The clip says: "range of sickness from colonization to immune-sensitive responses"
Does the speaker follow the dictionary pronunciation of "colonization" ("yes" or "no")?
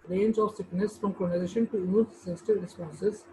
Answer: no